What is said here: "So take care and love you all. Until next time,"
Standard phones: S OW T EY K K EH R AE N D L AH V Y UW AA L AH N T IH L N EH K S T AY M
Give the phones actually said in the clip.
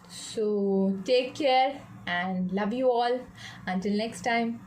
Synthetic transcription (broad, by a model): S OW T EY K K EH R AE N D L AH V Y UW AA L AH N T IH L N EH K S T AY M